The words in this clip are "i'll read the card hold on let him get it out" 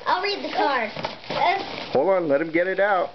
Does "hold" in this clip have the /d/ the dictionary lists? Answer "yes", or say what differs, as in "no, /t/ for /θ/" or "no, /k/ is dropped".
no, /d/ is dropped